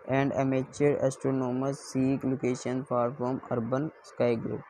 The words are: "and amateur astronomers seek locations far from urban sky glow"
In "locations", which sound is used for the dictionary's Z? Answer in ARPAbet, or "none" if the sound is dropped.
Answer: none